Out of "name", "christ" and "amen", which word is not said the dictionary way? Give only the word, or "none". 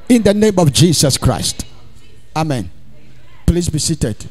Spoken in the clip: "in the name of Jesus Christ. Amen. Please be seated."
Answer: none